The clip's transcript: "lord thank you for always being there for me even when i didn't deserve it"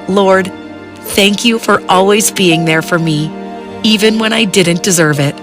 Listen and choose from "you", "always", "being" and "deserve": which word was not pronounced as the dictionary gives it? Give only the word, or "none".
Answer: none